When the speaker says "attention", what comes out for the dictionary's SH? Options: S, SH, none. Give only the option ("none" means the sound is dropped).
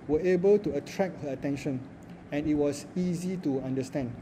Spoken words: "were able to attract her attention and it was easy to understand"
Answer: SH